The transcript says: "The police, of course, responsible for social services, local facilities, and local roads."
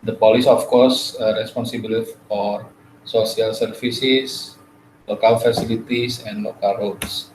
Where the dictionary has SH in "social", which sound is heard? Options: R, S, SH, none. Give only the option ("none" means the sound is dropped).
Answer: S